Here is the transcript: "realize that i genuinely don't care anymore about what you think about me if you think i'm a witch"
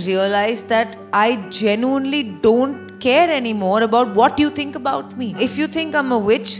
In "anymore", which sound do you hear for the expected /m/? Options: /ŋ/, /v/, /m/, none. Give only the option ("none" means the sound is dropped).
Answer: /m/